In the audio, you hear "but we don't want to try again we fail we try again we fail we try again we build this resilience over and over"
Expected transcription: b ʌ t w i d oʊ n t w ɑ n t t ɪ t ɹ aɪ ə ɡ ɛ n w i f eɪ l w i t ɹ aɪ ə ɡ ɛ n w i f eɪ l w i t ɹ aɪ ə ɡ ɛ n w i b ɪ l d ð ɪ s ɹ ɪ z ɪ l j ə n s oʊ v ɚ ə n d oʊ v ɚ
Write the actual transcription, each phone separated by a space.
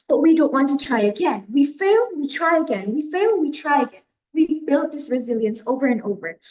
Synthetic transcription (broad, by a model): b ʌ t w i d oʊ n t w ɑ n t t ɪ t ɹ aɪ ə ɡ ɛ n w i f eɪ l w i t ɹ aɪ ə ɡ ɛ n w i f eɪ l w i t ɹ aɪ ə ɡ ɛ n w i b ɪ l d ð ɪ s ɹ ɪ z ɪ l j ə n s oʊ v ɚ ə n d oʊ v ɚ